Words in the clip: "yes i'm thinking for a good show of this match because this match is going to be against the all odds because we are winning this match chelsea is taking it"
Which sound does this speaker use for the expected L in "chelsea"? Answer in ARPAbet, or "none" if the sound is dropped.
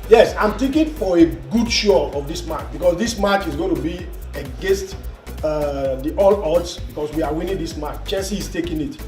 N